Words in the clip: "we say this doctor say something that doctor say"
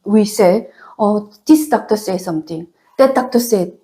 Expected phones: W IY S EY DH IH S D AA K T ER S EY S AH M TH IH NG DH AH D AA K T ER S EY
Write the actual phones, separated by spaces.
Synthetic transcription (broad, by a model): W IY S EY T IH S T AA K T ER S EY S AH M T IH NG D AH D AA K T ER S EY